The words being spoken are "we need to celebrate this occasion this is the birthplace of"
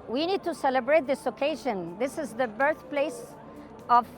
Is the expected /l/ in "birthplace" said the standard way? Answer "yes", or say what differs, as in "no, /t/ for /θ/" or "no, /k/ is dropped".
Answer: yes